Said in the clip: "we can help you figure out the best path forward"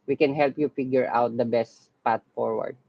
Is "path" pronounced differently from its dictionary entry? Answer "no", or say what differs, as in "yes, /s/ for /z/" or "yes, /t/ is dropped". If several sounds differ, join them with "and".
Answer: yes, /t/ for /θ/